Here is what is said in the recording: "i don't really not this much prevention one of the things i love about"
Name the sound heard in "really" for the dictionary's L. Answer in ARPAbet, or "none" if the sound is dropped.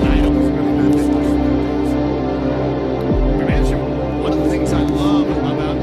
none